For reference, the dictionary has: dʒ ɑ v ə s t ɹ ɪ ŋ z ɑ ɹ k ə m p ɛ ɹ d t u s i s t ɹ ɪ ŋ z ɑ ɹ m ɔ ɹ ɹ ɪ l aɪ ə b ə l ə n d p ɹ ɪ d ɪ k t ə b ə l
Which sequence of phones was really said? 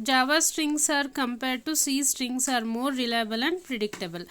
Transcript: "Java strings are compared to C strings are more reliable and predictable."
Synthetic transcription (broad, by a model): dʒ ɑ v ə s t ɹ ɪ ŋ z ɑ ɹ k ə m p ɛ ɹ d t u s i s t ɹ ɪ ŋ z ɑ ɹ m ɔ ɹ ɹ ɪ l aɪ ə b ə l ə n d p ɹ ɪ d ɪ k t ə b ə l